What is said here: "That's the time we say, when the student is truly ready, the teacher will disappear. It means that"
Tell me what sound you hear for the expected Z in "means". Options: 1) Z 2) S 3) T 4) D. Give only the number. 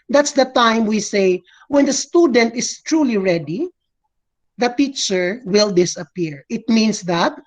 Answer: 2